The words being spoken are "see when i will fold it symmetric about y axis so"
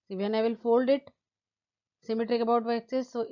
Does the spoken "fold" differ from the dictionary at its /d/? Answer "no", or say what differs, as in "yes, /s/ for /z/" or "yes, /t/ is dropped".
no